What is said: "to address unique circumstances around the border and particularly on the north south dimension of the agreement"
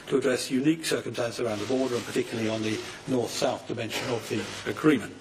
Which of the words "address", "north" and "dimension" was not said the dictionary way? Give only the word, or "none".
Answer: none